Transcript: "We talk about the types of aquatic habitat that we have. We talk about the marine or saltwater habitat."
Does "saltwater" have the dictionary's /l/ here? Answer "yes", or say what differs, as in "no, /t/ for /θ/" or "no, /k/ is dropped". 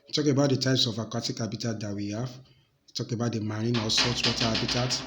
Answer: no, /l/ is dropped